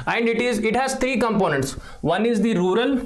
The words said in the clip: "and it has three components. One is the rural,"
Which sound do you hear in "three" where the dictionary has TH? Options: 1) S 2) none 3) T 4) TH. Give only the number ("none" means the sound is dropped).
3